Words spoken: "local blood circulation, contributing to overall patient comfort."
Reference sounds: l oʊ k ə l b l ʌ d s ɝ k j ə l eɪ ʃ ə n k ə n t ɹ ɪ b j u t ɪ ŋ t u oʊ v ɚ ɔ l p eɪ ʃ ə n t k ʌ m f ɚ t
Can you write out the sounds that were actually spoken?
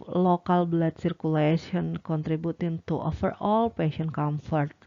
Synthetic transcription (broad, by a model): l oʊ k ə l b l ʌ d s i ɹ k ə l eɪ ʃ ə n k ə n t ɹ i b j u t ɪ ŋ t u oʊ f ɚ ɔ l p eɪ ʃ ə n k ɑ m f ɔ t